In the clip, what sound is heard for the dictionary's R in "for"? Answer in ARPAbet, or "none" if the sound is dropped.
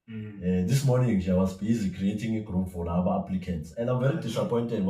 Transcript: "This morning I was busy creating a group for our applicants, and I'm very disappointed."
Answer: L